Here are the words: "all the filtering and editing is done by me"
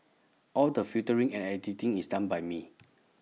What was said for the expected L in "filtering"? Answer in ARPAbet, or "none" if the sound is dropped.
none